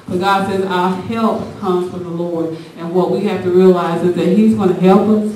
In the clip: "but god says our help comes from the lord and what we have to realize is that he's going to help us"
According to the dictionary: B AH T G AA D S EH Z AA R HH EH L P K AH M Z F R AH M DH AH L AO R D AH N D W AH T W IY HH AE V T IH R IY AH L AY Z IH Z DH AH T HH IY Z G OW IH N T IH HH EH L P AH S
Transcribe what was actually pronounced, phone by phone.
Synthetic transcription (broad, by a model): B AH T G AA D S EH Z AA HH EH L P K AH M Z F R AH M DH AH L AO R D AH N W AH T W IY HH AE F T IH R IY AH L AY Z IH Z DH AH T HH IY Z G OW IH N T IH HH EH L P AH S